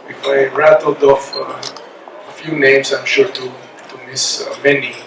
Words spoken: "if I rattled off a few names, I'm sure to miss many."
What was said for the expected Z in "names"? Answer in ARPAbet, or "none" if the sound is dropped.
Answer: S